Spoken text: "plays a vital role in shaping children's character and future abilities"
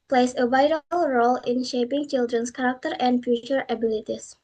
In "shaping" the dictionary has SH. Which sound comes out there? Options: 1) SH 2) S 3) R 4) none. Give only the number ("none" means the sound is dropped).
1